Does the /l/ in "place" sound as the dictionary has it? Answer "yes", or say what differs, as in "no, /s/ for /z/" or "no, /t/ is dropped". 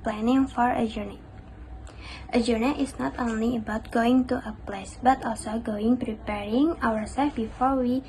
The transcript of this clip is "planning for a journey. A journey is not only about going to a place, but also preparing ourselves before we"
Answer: yes